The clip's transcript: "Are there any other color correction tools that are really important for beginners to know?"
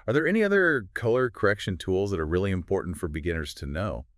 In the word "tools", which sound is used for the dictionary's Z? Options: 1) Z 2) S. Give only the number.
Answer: 1